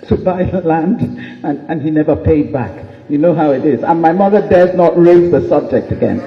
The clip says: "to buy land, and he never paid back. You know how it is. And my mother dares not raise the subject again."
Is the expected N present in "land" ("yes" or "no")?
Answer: yes